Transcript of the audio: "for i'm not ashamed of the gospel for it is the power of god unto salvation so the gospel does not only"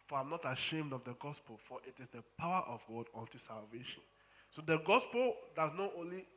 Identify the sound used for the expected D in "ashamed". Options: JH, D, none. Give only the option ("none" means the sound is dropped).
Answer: D